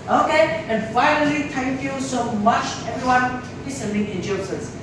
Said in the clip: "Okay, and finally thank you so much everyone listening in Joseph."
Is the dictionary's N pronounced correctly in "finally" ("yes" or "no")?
no